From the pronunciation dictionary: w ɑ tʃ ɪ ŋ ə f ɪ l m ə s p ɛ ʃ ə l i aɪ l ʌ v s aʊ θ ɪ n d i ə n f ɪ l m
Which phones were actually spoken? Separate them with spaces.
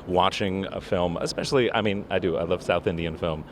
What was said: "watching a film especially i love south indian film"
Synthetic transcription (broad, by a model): w ɑ tʃ ɪ ŋ ə f ɪ l m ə s p ɛ ʃ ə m i aɪ l ʌ v s aʊ θ ɪ n d i ə n f ɪ l m